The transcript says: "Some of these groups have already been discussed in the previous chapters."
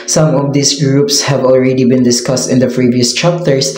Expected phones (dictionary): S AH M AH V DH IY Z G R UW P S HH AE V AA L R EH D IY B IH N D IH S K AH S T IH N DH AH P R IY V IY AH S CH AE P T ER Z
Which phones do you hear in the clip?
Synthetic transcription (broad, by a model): S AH M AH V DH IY S G R UW P S HH AE V AA L R EH D IY B IH N D IH S K AH S T IH N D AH P R IY V IY AH S CH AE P T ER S